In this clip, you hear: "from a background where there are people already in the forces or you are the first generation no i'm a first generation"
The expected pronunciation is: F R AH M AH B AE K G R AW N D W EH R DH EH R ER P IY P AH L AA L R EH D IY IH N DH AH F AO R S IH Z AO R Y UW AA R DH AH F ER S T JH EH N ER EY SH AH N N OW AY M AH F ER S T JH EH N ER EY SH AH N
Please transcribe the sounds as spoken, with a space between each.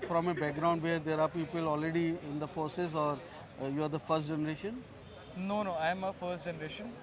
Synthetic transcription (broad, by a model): F R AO M AH B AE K G R AW N D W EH R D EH R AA P IY P AH L AA L R EH D IY IH N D AH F AO R S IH S AO R Y UW AA R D AH F ER S T JH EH N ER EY SH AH N N OW AY M AH F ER S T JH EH N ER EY SH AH N